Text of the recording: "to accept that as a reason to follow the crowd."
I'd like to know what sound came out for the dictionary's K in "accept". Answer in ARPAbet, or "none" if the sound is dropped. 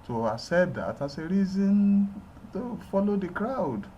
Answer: none